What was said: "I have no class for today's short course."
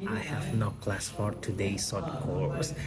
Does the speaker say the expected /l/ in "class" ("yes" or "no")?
yes